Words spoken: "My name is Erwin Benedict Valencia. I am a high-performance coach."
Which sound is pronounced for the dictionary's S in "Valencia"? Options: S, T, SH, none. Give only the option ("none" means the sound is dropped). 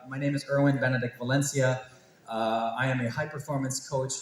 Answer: S